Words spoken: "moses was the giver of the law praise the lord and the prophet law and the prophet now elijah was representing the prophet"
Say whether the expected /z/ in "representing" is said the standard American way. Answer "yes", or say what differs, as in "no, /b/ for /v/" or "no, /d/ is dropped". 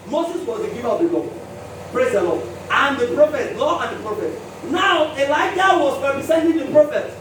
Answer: no, /s/ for /z/